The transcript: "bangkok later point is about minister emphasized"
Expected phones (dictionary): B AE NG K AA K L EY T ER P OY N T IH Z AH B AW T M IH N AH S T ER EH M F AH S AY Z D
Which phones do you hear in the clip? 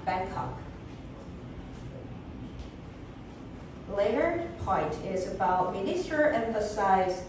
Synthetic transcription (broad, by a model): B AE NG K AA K L EY T ER P OY N T IH Z AH B AW T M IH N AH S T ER EH M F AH S AY Z